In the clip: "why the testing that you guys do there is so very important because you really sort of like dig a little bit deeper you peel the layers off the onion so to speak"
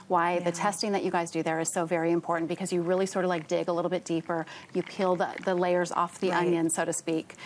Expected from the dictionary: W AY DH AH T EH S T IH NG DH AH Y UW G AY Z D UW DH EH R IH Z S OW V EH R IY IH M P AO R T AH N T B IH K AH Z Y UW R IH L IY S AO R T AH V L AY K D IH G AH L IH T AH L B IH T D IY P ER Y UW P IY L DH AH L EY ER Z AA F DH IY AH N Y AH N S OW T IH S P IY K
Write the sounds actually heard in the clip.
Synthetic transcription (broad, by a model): W AY DH AH T EH S T IH NG DH AH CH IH G AY Z D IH DH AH R IH Z S OW V EH R IY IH M P AO R T N B IH K AH Z Y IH R IH L IY S AO R T AH V L AY K D IH G AH L IH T L B IH T D IY P ER Y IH P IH L DH AH L EY ER Z AA F DH IY AH N Y AH N S OW T IH S P IY K